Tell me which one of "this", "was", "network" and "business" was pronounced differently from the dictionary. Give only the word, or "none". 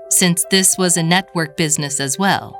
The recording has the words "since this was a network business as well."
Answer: none